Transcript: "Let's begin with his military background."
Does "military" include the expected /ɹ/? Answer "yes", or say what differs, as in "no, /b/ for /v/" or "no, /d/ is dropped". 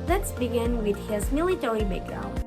no, /l/ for /ɹ/